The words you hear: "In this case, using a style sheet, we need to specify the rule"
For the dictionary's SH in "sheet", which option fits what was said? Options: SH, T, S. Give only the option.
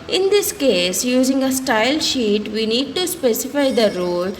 SH